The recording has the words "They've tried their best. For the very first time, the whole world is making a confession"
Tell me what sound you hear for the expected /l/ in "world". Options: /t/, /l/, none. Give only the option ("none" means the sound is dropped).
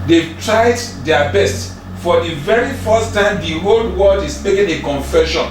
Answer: none